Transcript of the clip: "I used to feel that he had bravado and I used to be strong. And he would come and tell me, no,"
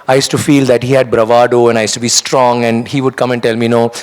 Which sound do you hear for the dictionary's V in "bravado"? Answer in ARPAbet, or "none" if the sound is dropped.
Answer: V